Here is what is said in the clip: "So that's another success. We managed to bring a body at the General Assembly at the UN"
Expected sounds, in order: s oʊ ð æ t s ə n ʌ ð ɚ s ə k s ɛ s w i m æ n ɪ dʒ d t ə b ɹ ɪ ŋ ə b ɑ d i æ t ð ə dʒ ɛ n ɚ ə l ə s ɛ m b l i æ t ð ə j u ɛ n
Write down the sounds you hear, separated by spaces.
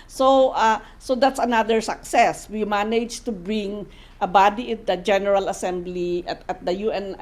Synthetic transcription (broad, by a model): s oʊ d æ t s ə n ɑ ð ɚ s ə k s ɛ s w i m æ n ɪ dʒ t ə b ɹ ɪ ŋ ə b ɑ d i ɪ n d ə dʒ ɛ n ɚ ə l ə s ɛ m b l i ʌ t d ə j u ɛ n